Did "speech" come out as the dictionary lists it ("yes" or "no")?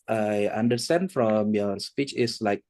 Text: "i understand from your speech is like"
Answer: yes